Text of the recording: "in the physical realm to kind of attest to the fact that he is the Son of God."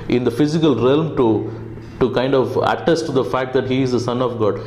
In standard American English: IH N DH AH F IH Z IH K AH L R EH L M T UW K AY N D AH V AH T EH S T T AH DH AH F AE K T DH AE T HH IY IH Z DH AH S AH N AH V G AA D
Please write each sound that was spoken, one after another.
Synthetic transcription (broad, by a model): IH N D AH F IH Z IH K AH L R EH L M T UW K AY N D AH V AH T EH S T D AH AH F AE K T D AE T HH IY IH Z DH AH S AH N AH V G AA D